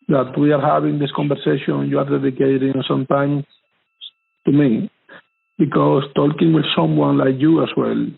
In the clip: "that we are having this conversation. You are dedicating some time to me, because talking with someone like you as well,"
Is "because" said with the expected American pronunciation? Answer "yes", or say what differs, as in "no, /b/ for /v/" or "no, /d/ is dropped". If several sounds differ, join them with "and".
no, /s/ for /z/